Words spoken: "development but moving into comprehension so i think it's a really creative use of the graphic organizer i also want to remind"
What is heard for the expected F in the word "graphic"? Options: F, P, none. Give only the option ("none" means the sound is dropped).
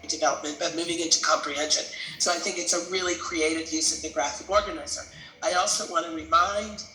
F